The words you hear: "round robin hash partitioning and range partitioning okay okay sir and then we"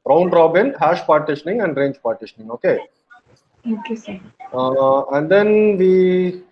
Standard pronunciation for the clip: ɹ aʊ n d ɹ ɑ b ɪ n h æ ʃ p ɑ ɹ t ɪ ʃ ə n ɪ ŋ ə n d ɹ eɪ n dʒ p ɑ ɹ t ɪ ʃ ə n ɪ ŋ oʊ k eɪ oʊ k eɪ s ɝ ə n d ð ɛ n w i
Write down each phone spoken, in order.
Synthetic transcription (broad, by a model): ɹ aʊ n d ɹ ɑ b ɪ n h æ ʃ p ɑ ɹ t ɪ ʃ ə n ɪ ŋ ə n d ɹ eɪ n dʒ p ɑ ɹ t ɪ ʃ ə n ɪ ŋ oʊ k eɪ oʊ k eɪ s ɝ ə n d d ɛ n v i